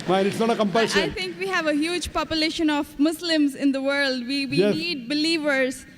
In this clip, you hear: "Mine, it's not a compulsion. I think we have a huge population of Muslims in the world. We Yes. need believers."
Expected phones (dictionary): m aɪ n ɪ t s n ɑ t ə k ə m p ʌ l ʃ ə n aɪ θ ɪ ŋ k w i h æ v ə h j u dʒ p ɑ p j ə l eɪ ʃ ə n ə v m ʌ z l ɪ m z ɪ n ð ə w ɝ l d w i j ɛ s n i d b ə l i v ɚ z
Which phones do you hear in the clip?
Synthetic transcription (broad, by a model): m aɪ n ɪ t s n ɑ t ə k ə m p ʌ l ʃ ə ɪ t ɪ ŋ k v i h æ v ə h j u dʒ p ɑ p j ə l eɪ ʃ ə n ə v m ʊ s l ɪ m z ɪ n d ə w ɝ l d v i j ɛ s n i d b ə l i v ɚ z